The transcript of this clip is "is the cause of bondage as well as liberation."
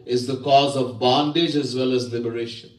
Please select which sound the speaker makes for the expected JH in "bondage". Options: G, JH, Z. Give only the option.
JH